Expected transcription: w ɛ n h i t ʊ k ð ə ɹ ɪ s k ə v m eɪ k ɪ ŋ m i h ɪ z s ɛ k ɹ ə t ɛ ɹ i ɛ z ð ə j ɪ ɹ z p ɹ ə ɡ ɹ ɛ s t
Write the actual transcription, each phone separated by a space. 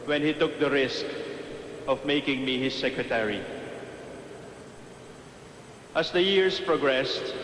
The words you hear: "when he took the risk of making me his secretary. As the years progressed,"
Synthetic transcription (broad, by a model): w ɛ n h i t ʊ k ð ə ɹ ɪ s k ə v m eɪ k ɪ ŋ m i h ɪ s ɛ k ɹ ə t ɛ ɹ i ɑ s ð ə j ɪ ɹ s p ɹ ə ɡ ɹ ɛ s t